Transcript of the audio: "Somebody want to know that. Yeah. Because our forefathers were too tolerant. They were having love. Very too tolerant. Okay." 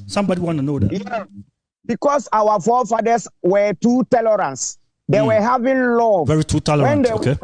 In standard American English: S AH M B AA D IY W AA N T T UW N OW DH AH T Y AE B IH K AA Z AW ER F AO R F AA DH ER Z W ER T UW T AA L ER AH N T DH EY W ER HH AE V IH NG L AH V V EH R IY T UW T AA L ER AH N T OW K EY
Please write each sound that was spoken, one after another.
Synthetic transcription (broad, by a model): S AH M B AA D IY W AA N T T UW N OW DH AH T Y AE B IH K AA S AW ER F AO F AA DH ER S W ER T UW T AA L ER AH N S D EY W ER HH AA V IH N L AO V V EH R IY T UW T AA L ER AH N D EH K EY